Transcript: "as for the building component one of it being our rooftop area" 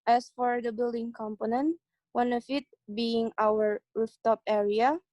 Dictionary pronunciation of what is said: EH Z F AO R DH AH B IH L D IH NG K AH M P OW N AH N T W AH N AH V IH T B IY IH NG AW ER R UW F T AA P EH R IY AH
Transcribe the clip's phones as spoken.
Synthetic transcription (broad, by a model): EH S F AO R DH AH B IH L D IH NG K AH M P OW N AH N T W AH N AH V IH T B IY IH NG AW ER R UW F T AA P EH R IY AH